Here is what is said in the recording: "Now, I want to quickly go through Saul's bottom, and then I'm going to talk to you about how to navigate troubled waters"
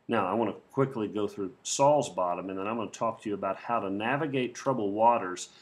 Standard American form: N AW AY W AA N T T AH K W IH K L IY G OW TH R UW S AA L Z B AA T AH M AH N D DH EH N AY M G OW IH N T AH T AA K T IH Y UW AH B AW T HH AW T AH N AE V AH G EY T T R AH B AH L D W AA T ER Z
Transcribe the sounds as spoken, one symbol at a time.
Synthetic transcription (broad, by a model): N AW AY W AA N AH K W IH K L IY G OW TH R UW S AA L Z B AA T AH M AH N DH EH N AY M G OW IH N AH T AA K T IH Y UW AH B AW T HH AW T AH N AE V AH G EY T T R AH B L W AA T ER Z